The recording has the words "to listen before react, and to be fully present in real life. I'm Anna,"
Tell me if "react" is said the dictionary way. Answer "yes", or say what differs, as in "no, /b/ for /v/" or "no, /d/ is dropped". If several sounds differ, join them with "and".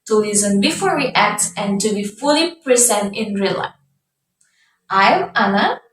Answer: no, /w/ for /ɹ/